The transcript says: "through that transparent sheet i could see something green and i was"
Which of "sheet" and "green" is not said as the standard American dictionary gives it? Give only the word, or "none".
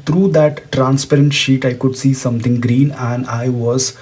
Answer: none